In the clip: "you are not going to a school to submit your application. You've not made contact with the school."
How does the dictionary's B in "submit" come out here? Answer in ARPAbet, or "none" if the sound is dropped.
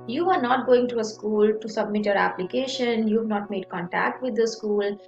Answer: B